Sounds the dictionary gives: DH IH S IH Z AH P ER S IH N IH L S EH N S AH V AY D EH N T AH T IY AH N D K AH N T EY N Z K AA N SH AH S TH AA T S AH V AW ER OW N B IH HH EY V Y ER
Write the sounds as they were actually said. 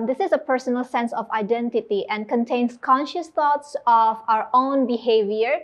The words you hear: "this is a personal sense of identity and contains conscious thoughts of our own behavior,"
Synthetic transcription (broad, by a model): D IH S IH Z AH P ER S IH N IH L S EH N S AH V AY D EH N T AH T IY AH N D K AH N T EY N S K AA N SH AH S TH AA T S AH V AW ER OW N B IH HH EY V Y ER